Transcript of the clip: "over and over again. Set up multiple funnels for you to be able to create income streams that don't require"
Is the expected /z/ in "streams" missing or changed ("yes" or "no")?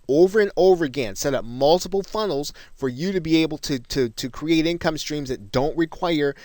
no